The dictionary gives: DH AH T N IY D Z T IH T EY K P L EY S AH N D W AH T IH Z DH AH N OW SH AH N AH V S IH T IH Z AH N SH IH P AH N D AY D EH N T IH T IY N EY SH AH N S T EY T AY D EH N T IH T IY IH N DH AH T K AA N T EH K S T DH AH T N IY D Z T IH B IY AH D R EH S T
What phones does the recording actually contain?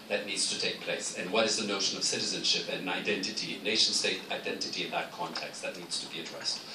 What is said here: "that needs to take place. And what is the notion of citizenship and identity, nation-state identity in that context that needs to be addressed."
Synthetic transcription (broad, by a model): DH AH T N IY D Z T IH T EY K P L EY S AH N W AH T IH Z DH AH N OW SH AH N AH V S IH T IH Z AH N SH IH P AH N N AY D EH N T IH T IY N EY SH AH N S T EY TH AY D EH N T IH T IY IH N DH AH T K AA N T EH K S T DH AH T N IY D Z T IH B IY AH D R EH S T